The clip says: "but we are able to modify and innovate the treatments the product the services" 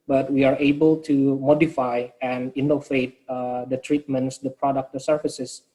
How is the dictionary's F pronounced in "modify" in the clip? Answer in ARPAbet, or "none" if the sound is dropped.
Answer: F